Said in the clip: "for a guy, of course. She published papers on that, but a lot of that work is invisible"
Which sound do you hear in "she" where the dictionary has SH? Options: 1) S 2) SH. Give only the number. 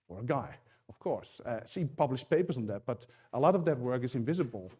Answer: 1